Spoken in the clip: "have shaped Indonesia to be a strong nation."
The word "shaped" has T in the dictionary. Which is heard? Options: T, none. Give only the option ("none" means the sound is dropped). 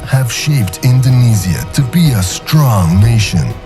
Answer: T